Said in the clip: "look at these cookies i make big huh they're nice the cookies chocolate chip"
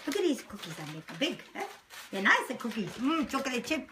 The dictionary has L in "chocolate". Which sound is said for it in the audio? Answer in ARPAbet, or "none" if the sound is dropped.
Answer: none